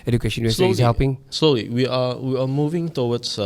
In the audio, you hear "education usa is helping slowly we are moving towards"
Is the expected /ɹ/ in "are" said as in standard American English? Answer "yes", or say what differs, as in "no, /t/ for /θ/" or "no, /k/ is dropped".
no, /w/ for /ɹ/